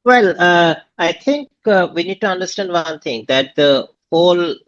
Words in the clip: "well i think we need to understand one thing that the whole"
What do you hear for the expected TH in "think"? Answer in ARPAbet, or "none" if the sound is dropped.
T